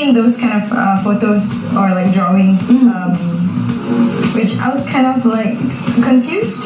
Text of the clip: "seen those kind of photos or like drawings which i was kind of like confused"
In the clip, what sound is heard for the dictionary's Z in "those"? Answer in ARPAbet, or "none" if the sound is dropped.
S